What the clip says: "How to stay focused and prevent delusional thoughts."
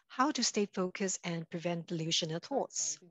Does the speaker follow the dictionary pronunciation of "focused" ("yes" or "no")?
no